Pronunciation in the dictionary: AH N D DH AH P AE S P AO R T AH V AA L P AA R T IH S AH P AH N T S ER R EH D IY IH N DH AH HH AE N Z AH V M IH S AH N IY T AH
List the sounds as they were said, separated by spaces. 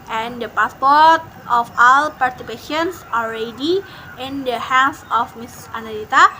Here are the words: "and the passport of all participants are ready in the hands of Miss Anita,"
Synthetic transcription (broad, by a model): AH N D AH P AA S P AO R T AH F AA L P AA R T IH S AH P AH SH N S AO L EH D IY IH N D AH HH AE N S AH F M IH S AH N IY T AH